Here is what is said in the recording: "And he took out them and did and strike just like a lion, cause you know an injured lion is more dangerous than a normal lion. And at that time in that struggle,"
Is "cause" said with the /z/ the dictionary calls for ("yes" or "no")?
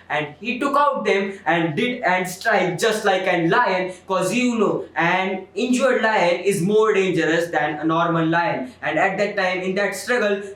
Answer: yes